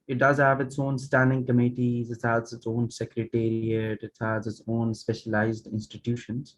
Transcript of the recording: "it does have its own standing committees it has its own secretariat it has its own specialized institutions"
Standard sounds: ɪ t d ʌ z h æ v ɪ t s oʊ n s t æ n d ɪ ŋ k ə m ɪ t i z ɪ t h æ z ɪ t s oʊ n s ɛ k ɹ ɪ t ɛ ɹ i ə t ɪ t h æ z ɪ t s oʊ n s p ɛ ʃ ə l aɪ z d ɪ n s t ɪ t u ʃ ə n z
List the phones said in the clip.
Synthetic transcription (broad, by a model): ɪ t d ʌ z h æ v ɪ t s oʊ n s t æ n d ɪ ŋ k ə m ɪ t i z ɪ t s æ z ɪ t s oʊ n s ɛ k ɹ ɪ t ɛ ɹ i ə t ɪ t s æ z ɪ t s oʊ n s p ɛ ʃ ə l aɪ z d ɪ n s t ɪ t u ʃ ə n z